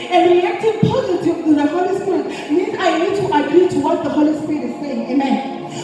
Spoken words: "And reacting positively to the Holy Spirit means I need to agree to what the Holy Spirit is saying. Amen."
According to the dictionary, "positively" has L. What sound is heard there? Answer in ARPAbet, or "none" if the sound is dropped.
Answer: none